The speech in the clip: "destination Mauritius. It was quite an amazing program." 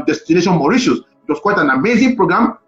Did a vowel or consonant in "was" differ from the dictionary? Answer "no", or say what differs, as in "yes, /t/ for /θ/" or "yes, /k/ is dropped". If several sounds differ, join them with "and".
yes, /s/ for /z/